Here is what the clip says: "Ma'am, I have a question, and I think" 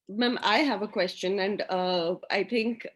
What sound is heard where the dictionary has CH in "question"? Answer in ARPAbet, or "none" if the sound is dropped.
CH